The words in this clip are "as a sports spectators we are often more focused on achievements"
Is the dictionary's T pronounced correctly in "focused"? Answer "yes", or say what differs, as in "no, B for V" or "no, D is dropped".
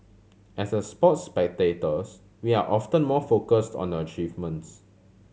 yes